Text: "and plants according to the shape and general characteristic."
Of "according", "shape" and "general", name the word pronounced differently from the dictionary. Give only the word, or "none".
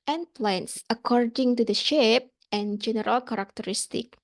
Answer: none